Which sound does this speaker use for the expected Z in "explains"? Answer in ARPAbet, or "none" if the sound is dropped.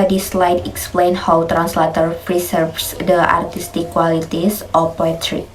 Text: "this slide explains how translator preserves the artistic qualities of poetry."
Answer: none